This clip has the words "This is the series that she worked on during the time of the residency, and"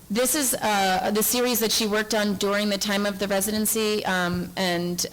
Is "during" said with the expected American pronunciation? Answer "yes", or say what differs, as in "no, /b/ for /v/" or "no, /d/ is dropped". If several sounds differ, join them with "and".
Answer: yes